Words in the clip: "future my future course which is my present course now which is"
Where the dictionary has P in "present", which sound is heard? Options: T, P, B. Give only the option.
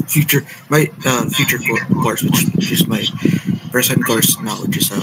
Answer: B